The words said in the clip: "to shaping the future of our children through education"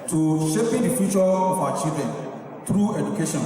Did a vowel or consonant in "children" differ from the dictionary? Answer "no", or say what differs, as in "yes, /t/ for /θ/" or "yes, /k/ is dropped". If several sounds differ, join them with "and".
yes, /l/ is dropped and /ɹ/ is dropped